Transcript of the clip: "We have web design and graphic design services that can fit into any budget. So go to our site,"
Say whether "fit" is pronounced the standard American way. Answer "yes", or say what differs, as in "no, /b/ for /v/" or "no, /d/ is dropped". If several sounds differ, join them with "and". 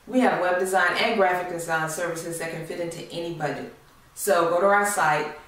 yes